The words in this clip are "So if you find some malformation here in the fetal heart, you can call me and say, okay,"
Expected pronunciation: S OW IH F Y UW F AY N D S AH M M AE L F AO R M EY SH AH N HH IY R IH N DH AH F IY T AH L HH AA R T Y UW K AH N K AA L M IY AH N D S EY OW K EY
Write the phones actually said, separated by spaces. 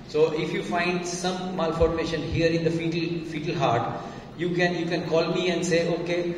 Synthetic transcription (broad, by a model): S OW IH F Y UW F AY N D S AH M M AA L F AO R M EY SH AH N HH IY R IH N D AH F IY T AH L HH AA R T Y UW K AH N K AA L M IY AH N D S EY OW K EY